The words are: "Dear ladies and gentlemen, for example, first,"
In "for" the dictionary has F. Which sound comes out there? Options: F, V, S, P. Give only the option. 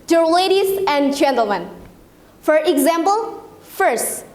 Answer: F